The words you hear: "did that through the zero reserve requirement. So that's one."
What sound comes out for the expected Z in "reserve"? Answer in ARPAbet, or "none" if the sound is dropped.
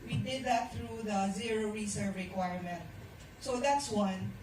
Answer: S